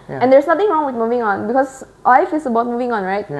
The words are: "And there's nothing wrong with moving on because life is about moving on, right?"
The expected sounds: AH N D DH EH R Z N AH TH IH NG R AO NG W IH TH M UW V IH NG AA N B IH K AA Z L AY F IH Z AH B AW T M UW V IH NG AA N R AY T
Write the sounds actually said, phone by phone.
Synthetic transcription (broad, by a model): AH N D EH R S N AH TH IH NG R AO NG W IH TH M UW V IH NG AA N B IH K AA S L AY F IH S AH B AW T M UW V IH NG AA N R AY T